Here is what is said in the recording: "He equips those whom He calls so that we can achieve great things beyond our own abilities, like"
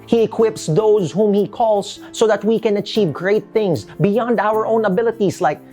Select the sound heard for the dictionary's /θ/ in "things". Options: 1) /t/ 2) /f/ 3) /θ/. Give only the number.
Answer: 3